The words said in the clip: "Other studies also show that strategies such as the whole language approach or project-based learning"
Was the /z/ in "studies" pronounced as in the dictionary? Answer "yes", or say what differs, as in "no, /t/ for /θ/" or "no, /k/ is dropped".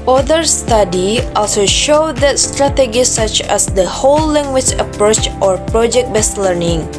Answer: no, /z/ is dropped